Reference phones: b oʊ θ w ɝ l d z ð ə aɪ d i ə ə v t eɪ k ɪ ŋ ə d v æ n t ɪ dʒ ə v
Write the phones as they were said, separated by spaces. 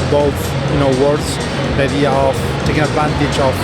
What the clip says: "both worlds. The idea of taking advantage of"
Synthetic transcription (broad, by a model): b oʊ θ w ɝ d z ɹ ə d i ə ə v t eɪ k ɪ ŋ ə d v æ n t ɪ dʒ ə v